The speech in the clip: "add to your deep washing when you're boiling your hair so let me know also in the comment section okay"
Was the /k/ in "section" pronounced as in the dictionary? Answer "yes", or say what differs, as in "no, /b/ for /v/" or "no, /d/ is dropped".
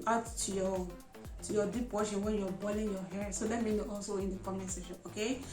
no, /k/ is dropped